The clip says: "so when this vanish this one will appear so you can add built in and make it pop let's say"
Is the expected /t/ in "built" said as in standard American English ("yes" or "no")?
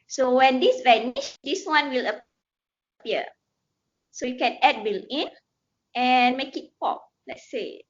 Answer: no